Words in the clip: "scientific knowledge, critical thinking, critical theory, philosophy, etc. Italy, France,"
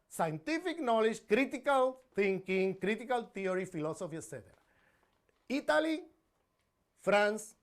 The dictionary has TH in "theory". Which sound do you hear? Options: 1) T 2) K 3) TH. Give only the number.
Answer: 1